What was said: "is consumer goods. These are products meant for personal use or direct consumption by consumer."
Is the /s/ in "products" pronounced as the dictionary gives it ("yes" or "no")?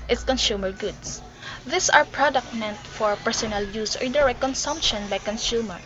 no